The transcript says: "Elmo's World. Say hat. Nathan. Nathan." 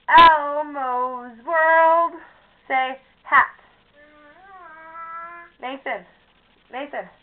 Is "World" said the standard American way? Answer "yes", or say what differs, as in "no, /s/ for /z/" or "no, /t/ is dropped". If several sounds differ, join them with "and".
yes